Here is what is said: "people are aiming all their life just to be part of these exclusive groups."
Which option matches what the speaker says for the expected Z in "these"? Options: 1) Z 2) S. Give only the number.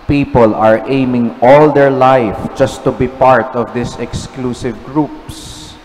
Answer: 2